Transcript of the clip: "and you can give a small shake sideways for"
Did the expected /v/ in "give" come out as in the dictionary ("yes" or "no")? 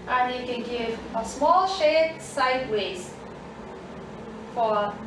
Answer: yes